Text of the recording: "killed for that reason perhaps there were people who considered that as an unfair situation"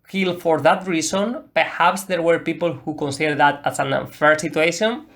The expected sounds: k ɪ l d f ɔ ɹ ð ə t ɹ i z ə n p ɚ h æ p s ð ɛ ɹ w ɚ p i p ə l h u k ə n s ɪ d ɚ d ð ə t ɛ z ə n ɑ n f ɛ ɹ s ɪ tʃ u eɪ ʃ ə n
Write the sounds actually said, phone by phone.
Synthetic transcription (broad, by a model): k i l f ɔ ɹ ð ə t ɹ i s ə n p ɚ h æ p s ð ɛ ɹ w ɚ p i p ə l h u k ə n s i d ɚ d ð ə t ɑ s ə n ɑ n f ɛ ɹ s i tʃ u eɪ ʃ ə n